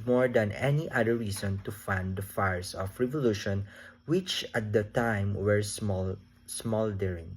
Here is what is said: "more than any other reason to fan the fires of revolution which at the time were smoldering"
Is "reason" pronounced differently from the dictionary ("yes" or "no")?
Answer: yes